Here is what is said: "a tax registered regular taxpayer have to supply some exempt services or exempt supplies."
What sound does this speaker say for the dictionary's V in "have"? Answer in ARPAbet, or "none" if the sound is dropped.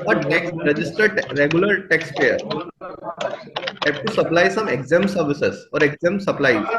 P